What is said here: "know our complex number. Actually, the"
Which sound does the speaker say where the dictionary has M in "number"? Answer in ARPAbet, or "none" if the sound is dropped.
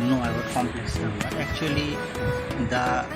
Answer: none